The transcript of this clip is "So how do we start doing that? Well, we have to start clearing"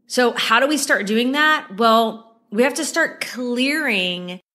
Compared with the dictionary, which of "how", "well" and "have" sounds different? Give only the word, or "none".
have